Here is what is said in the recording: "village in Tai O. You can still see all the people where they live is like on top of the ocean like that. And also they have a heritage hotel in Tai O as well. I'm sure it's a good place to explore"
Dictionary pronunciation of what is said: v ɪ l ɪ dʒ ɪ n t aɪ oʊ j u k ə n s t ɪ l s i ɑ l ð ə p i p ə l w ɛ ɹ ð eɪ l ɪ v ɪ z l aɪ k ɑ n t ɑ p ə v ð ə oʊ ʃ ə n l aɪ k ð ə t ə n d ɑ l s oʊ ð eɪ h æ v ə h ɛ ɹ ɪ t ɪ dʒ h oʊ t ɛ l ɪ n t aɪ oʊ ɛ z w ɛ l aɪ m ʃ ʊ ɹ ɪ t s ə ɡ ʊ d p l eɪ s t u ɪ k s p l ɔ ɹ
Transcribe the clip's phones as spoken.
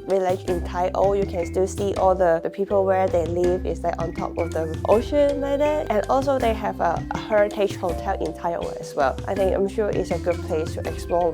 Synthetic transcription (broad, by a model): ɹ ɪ l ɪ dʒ ɪ n t aɪ oʊ j u k ə n s t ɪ l s i ɑ l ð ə p i p ə l w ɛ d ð eɪ l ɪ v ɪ s l aɪ k ɑ n t ɑ p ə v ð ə oʊ ʃ ə n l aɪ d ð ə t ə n ɑ l s oʊ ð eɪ h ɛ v ə h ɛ ɹ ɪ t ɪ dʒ h oʊ t ɛ l ɪ n t aɪ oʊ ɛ s w ɛ l aɪ m ʃ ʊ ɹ ɪ t s ə ɡ ʊ d p l eɪ s t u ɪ k s p l ɔ